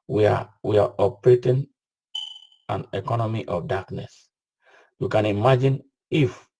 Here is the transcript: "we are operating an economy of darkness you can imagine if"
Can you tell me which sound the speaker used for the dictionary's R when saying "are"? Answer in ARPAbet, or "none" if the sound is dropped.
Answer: W